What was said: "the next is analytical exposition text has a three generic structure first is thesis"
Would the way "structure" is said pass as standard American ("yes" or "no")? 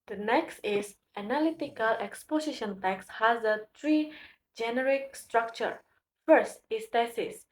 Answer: yes